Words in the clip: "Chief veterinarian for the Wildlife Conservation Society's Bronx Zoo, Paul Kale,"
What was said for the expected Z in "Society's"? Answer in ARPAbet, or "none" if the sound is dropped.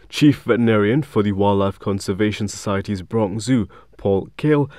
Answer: Z